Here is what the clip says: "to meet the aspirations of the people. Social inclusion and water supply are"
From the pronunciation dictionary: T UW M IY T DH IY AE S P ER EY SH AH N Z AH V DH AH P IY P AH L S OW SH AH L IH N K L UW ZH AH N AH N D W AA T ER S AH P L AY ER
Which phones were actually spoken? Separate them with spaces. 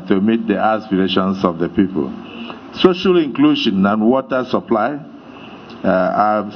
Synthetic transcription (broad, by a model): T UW M IY T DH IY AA S P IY EY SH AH N S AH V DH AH P IY P AH L S OW SH AH L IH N K L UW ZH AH N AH N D W AA T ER S AH P L AY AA